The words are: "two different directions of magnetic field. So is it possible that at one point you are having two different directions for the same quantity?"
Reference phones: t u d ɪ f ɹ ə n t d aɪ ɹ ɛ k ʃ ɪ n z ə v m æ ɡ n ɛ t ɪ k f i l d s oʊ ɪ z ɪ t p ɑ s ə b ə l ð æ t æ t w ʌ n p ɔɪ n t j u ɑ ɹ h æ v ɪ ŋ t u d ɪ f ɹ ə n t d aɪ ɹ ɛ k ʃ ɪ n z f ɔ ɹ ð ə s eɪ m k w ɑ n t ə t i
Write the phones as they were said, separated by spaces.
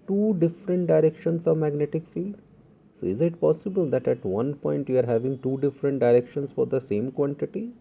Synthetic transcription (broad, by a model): t u d ɪ f ɹ ə n t d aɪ ɹ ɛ k ʃ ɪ n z ə v m æ ɡ n ɛ t ɪ k f i l d s oʊ ɪ z ɪ t p ɑ s ə b ə l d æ t æ t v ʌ n p ɔɪ n t j u ɑ ɹ h æ v ɪ ŋ t u d ɪ f ɹ ə n t d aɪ ɹ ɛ k ʃ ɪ n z f ɔ ɹ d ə s eɪ m k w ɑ n t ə t i